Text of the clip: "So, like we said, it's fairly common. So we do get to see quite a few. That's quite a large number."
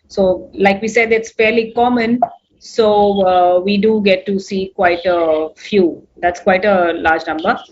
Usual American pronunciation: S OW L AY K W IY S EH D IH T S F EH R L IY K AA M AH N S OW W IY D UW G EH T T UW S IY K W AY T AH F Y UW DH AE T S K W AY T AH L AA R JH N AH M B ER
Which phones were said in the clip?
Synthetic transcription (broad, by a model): S OW L AY K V IY S EH D IH T S F EH R L IY K AA M AH N S OW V IY D UW G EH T T UW S IY K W AY T AH F Y UW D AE T S K W AY T AH L AA R JH N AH M B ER